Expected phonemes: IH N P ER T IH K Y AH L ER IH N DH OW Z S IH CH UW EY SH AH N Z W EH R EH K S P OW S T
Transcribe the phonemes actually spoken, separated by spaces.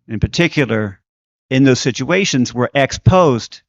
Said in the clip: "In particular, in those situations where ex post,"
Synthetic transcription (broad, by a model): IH N P ER T IH K Y L ER IH N DH OW Z S IH CH UW EY SH AH N Z W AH R EH K S P OW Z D